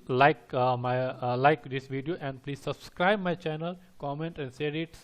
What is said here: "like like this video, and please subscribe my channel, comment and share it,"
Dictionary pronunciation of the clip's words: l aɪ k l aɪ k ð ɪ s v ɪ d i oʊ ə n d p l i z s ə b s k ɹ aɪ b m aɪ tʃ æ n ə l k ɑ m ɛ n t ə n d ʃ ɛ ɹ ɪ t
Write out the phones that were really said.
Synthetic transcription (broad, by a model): l aɪ k l aɪ k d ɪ s v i d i oʊ ə n d p l i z s ə b s k ɹ aɪ b m aɪ tʃ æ n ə l k ɑ m ɛ n t ə n d s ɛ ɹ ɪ t